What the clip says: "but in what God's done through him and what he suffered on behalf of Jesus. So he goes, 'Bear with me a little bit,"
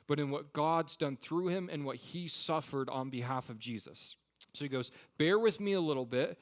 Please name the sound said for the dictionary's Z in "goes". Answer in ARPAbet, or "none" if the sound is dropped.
Z